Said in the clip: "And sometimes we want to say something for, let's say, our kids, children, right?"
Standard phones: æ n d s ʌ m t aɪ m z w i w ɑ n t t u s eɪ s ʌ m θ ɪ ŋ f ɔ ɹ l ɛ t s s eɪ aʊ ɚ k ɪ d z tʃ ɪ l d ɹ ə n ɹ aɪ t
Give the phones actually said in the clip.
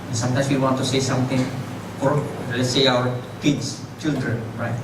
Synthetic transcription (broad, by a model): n s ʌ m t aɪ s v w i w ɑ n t t u s eɪ s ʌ m t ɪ ŋ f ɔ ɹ l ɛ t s s eɪ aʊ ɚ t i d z tʃ ɪ l d ɹ ə n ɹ aɪ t